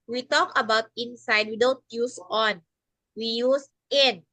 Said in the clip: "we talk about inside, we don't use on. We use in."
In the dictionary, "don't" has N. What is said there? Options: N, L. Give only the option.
L